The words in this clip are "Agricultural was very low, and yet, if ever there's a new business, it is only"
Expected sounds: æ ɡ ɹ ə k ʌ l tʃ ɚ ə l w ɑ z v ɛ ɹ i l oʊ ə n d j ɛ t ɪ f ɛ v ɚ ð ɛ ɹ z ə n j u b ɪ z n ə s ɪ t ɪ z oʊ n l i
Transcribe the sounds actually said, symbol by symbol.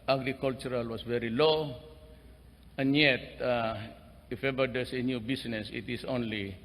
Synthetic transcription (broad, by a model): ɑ ɡ ɹ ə k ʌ l tʃ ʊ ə l w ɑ s v ɛ ɹ i l oʊ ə n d j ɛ t ɪ f ɛ v ɚ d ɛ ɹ s ə n j u b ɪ s n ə s ɪ t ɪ s oʊ n l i